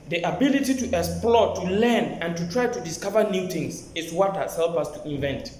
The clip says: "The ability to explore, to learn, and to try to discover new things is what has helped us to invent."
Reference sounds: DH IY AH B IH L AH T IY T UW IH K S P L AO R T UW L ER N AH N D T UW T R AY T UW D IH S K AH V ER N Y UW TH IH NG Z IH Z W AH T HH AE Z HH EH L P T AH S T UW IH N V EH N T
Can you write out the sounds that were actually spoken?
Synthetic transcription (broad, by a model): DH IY AH B IH L AH T IY T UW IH K S P L AO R T UW L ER N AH N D T UW T R AY T UW D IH S K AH V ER N Y UW T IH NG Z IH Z W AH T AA S HH EH L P AH S T UW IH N V EH N T